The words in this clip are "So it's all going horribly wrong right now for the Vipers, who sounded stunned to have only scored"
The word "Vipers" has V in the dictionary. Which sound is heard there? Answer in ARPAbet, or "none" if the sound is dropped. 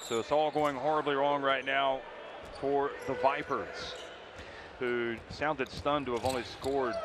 V